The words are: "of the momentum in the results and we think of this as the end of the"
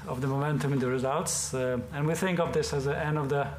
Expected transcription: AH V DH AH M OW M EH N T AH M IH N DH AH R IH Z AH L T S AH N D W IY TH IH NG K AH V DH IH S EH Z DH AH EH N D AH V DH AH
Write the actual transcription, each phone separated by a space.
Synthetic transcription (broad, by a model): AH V DH AH M OW M EH N T AH M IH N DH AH R IH Z AH L T S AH N W IY TH IH NG K AH V DH IH S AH Z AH EH N D AH V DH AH